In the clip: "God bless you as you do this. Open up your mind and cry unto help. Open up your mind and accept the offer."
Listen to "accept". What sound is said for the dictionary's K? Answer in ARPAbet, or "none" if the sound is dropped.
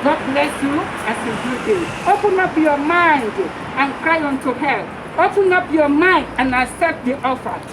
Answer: none